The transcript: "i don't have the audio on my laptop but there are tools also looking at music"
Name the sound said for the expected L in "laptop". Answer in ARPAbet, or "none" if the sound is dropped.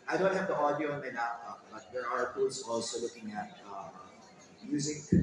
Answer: N